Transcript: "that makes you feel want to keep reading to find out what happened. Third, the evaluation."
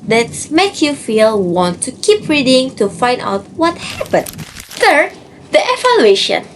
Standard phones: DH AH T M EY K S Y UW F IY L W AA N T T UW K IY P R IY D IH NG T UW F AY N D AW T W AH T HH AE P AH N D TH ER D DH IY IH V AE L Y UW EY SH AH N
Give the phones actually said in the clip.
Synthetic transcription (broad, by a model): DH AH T M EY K Y UW F IY L W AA N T T UW K IY P R IY D IH NG T UW F AY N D AW T W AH T HH AE P AH N D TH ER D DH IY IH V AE L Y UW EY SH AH N